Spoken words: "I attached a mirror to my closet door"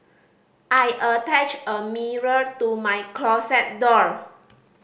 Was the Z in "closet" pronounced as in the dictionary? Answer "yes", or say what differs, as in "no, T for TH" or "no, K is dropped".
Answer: no, S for Z